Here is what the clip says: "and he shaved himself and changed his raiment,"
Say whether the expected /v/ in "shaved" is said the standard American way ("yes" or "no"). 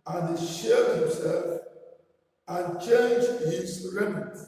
no